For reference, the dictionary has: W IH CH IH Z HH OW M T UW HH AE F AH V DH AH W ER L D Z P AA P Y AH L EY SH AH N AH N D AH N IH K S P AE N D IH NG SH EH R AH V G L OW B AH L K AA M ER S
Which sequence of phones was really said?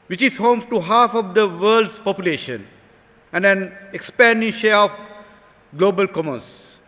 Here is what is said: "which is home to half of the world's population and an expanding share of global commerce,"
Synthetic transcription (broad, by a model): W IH CH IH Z HH OW M T UW HH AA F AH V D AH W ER L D S P AA P Y AH L EY SH AH N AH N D AH N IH K S P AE N D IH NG SH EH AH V G L OW B AH L K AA M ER S